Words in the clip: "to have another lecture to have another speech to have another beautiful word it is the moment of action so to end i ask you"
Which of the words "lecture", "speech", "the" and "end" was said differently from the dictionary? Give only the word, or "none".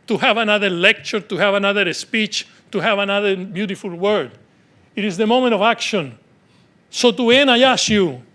end